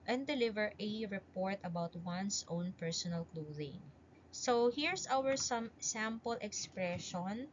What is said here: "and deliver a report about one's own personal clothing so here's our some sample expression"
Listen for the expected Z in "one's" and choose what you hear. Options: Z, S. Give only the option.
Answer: S